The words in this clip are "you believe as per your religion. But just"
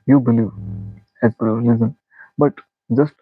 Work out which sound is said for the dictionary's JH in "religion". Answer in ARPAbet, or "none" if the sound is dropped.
Z